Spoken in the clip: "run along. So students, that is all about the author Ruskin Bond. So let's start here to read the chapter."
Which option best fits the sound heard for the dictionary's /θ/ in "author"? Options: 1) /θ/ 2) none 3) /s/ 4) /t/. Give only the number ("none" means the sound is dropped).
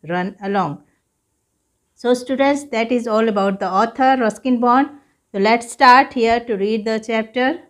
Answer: 4